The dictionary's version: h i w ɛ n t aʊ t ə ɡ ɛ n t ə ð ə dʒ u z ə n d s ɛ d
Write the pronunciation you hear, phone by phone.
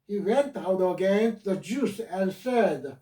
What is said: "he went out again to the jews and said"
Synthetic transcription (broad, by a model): h i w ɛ n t aʊ t ə ɡ ɛ n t ð ə dʒ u s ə n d s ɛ d